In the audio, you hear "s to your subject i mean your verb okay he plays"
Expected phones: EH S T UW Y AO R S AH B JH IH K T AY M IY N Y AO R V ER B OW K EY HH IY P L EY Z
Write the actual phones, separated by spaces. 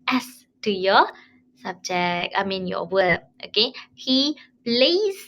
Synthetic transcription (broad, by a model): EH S T UW Y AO S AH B JH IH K AY M IY N Y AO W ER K OW K EY HH IY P L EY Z